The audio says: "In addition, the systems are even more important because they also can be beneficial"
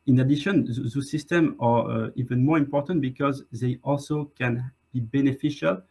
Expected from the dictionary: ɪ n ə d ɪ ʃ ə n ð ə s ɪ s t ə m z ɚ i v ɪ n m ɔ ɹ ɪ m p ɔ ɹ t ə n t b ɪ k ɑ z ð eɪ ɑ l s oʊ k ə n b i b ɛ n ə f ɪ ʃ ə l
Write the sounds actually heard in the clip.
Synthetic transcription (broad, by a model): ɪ n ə d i ʃ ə n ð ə s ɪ s t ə m ɚ i v ɪ n m ɔ ɹ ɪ m p ɔ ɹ t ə n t b ɪ k ɑ z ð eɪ ɑ l s oʊ k ə n b i b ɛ n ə f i ʃ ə l